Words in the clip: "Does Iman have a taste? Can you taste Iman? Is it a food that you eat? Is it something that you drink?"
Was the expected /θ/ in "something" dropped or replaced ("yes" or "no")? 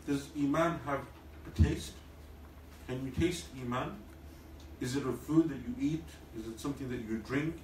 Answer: no